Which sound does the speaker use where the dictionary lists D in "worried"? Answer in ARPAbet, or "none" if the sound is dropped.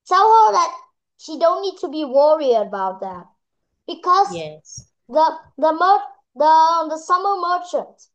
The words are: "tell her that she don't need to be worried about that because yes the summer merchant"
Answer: none